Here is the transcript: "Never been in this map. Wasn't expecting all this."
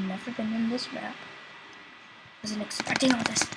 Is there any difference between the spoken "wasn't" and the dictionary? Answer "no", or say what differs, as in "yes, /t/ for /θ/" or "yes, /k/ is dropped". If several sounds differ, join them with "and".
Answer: yes, /t/ is dropped